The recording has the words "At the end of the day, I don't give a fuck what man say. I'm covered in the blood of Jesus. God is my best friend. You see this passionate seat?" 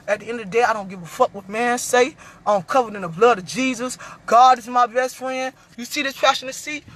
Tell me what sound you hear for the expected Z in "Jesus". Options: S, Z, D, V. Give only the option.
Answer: Z